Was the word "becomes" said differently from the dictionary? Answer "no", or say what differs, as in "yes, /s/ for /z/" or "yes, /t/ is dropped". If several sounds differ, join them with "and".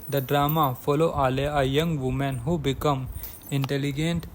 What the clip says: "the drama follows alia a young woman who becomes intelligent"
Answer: yes, /z/ is dropped